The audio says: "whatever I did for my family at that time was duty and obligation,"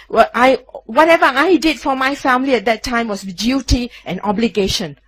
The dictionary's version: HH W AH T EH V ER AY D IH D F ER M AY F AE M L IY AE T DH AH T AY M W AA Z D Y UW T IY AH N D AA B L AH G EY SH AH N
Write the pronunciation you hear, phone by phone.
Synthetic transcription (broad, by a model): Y W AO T EH V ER AY D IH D F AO M AY F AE M L IY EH T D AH T AY M W AA S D Y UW T IY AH N AA B L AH G EY SH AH N